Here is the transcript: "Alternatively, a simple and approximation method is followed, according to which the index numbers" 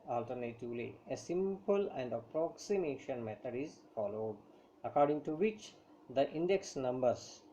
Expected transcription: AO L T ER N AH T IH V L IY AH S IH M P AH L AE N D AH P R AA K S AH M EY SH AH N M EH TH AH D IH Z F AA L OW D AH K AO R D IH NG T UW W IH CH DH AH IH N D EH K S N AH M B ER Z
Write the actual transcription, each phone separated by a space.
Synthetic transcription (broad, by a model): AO L T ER N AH T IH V L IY AH S IH M P AH L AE N D AH P R AA K S AH M EY SH AH N M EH T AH D IH Z F AA L OW D AH K AO R D IH NG T UW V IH CH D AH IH N D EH K S N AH M B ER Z